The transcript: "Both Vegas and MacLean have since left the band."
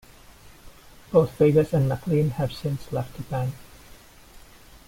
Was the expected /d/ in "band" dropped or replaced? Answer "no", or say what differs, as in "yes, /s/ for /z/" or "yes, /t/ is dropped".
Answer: yes, /d/ is dropped